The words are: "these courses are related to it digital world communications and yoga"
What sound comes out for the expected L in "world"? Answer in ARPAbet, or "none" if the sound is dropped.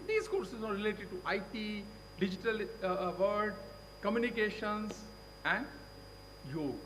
none